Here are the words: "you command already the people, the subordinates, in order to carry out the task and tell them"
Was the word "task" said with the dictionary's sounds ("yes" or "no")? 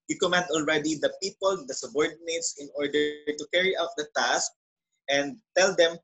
yes